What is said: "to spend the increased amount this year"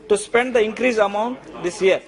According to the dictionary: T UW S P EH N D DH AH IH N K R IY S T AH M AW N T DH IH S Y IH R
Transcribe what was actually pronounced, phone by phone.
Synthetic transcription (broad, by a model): T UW S P EH N D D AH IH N K R IY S AH M AW N T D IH S Y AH R